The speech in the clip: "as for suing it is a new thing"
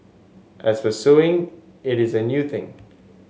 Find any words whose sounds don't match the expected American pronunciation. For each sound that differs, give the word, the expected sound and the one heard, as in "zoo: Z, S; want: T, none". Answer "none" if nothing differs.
for: F, P